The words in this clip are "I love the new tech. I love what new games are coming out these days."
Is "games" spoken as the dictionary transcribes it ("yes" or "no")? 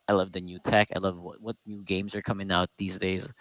yes